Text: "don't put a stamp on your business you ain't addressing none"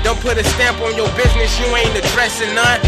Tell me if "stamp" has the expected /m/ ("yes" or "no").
yes